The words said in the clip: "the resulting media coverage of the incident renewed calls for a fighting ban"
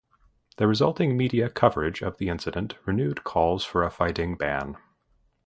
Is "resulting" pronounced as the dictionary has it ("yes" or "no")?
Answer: yes